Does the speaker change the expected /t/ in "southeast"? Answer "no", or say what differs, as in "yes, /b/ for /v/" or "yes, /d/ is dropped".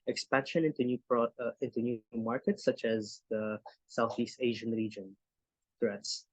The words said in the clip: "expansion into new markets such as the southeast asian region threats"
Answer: no